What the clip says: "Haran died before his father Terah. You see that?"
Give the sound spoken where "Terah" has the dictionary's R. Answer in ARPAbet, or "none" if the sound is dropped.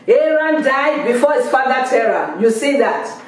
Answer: R